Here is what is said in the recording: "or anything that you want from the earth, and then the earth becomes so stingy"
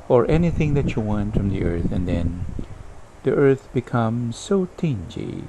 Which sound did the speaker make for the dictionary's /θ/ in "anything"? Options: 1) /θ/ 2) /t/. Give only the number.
1